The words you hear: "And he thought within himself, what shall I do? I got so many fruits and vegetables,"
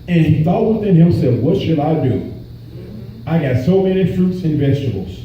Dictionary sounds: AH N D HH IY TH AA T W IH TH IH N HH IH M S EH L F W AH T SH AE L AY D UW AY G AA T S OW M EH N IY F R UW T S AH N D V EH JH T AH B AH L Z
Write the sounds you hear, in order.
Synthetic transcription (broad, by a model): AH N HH IY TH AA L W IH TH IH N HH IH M S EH F W AH T SH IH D AY D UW AY G AA T S OW M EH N IY F R UW T S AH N V EH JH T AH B L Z